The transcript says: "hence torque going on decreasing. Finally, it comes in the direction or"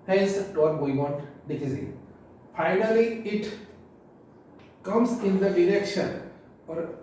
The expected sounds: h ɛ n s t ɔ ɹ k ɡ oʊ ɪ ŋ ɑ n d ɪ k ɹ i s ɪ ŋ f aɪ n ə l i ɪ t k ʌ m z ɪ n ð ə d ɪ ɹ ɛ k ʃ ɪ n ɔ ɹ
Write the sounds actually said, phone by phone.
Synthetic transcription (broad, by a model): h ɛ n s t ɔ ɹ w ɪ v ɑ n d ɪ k i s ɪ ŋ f aɪ n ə l i ɪ t k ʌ m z ɪ n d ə d ɪ ɹ ɛ k ʃ ɪ n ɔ ɹ